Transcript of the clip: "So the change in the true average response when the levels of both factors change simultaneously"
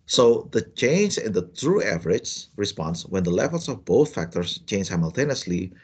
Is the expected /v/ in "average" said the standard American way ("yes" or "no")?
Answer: yes